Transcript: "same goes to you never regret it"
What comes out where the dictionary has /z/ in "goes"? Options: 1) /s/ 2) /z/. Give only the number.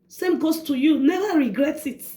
1